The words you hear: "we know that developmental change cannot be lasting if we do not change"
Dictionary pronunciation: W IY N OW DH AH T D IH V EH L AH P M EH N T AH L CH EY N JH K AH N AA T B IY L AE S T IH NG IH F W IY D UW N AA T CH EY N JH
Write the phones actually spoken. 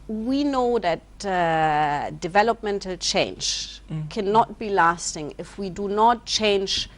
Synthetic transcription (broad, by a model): W IY N OW DH AH T D IH V EH L AH P M EH N T AH L CH EY N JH K AH N AA T B IY L AE S T IH NG IH F W IY D UW N AA T CH EY N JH